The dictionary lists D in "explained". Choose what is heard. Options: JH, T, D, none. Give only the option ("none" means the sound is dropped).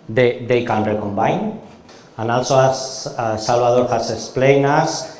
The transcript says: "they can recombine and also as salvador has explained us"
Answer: none